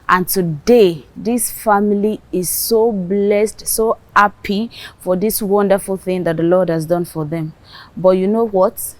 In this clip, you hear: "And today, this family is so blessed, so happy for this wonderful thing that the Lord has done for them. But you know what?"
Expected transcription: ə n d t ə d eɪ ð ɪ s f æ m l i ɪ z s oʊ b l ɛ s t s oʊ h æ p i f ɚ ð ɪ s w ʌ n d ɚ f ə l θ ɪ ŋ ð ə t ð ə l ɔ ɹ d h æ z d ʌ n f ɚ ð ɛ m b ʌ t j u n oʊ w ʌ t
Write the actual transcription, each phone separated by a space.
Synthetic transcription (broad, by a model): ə n t ə d eɪ ð ɪ s f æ m l i ɪ z s oʊ b l ɛ s t s oʊ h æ p i f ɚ ð ɪ s w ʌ n d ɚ f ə l θ ɪ ŋ ð ə t ð ə l ɔ ɹ d h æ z d ʌ n f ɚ ð ɛ m b ʌ t j u n oʊ w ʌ t